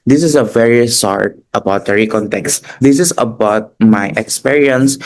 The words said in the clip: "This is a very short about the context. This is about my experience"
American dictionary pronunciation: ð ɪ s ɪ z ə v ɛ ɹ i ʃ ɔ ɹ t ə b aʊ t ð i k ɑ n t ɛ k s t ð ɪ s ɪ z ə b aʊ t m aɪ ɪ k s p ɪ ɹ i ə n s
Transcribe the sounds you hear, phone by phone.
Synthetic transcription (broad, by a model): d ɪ s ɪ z ə v ɛ ɹ i s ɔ ɹ t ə b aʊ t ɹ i k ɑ n t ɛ k s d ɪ s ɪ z ə b aʊ t m aɪ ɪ k s p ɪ ɹ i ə n s